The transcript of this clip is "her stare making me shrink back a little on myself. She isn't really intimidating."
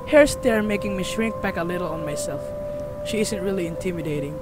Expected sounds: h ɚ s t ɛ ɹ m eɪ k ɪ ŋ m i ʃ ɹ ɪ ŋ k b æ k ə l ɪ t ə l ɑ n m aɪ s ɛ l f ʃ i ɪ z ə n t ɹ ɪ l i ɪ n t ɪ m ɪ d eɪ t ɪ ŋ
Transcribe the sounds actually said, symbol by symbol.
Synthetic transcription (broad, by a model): h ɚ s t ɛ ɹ m eɪ k ɪ ŋ m i ʃ ɹ ɪ ŋ k b æ k ə l ɪ t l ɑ n m aɪ s ɛ l f ʃ i ɪ z ə n t ɹ ɪ l i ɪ n t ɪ m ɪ d eɪ t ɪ ŋ